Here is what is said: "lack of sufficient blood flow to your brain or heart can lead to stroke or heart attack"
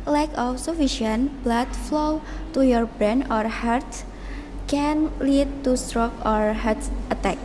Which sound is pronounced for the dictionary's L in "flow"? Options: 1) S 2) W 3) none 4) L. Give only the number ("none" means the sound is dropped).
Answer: 4